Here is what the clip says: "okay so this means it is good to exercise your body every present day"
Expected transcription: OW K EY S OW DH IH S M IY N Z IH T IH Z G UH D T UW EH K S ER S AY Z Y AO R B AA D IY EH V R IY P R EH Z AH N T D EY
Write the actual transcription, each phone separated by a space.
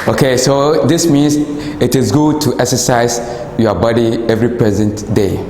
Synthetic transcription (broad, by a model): OW K EY S OW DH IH S M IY N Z IH T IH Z G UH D T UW EH K S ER S AY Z Y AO B AA D IY EH V R IY P R EH Z AH N T D EY